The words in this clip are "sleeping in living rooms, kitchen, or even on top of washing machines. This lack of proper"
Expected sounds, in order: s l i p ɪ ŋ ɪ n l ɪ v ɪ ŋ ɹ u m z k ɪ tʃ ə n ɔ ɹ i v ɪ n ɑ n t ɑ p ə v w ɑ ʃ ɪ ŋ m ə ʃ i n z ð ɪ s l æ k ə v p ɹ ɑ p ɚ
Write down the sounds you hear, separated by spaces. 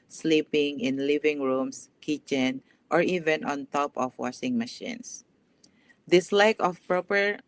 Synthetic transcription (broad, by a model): s l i p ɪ ŋ ɪ n l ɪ v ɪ ŋ ɹ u m s k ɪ tʃ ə n ɔ ɹ i v ɪ n ɑ n t ɑ p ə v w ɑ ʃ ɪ ŋ m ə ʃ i n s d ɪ s l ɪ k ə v p ɹ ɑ p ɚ